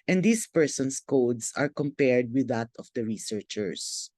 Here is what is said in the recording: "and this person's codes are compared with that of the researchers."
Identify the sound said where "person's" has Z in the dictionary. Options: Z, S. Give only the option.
S